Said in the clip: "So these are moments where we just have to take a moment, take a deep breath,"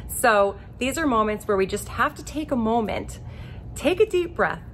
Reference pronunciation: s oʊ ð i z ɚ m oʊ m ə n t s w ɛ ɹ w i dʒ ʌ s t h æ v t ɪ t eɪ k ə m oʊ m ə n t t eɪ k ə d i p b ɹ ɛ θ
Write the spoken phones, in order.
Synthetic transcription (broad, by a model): s oʊ ð i z ɚ m oʊ m ə n t s w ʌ ɹ w i dʒ ʌ s t h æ f t ɪ t eɪ k ə m oʊ m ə n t t eɪ k ə d i p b ɹ ɛ θ